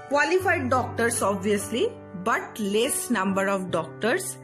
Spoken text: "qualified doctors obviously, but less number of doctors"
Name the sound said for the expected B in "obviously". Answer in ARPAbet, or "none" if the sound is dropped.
B